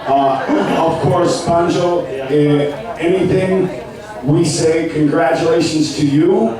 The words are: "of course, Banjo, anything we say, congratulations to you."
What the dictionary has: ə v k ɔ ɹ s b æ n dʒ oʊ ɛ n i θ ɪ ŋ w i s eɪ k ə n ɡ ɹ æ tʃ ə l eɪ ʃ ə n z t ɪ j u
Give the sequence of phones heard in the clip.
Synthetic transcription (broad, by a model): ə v k ɔ ɹ s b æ n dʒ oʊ ɛ n i θ ɪ ŋ w i s eɪ k ə n ɡ ɹ æ tʃ ə l eɪ ʃ ə n z t ɪ j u